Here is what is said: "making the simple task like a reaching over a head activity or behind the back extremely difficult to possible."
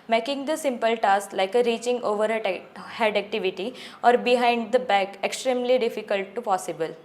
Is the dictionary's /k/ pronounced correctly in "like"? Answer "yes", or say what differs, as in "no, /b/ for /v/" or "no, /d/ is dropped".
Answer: yes